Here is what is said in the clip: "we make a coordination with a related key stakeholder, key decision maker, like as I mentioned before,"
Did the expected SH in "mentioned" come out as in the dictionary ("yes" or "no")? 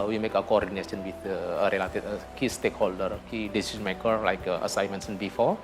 no